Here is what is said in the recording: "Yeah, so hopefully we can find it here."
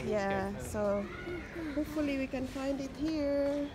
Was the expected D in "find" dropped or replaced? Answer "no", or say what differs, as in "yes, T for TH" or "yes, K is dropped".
no